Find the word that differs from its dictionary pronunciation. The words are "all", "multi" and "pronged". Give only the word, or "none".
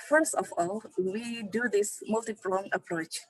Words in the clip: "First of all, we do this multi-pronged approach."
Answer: pronged